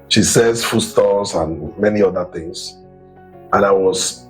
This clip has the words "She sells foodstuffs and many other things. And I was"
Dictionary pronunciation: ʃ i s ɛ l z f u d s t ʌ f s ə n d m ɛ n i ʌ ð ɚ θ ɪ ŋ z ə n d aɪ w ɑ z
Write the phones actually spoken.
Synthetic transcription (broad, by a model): ʃ i s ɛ z f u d s t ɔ s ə n m ɛ n i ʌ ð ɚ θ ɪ ŋ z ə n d aɪ w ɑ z